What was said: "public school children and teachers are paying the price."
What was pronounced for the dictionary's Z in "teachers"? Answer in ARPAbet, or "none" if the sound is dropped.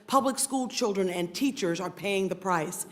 Z